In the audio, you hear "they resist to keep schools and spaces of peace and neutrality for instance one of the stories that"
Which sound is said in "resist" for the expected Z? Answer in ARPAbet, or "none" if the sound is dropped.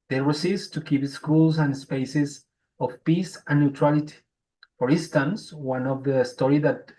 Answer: S